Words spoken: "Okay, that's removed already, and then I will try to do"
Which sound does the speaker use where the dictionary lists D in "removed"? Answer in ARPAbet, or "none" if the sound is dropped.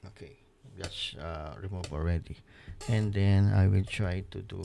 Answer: none